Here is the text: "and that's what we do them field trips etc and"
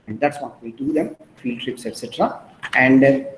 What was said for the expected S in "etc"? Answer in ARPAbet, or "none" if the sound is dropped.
S